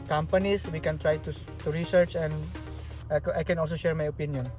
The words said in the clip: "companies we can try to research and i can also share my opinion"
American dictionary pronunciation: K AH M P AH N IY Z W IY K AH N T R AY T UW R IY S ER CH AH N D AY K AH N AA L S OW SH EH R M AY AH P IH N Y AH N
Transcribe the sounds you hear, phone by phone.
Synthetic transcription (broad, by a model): K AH M P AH N IY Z W IY K AH N T R AY T UW R IY S ER CH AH N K AY K AH N AA L S OW SH EH R M AY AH P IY N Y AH N